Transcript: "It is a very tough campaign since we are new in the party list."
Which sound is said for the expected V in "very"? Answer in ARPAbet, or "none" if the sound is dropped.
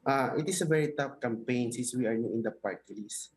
V